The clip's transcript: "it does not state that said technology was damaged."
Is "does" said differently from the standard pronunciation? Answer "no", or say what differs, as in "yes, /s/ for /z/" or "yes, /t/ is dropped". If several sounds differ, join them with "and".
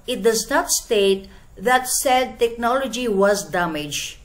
no